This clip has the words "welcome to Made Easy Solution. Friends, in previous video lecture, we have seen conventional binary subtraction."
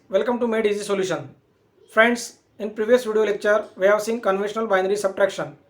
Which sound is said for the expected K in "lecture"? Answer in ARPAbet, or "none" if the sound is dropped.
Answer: K